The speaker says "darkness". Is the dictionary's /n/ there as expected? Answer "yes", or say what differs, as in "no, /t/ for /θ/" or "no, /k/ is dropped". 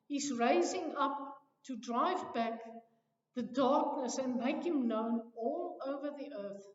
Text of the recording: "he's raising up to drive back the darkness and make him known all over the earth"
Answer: yes